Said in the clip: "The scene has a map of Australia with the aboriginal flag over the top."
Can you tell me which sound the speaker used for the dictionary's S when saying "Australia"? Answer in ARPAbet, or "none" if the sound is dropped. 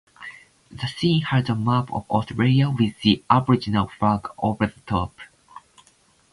none